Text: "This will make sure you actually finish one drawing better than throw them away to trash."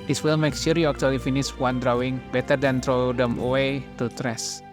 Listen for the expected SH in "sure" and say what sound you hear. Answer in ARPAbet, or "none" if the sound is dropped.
S